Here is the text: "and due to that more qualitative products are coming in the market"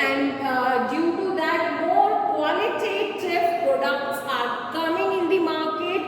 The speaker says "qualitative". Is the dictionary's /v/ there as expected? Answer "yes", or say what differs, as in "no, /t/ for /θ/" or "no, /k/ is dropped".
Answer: no, /f/ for /v/